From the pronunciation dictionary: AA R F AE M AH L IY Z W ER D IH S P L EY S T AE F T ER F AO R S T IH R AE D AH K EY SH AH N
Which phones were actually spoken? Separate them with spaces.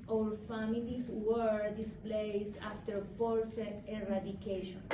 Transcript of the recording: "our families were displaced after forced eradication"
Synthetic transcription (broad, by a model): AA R F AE M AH L IY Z W ER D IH S P L EY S AA F T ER F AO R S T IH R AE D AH K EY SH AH N